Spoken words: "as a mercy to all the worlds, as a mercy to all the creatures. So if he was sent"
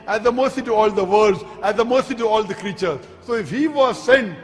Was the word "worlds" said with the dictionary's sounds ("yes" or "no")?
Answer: no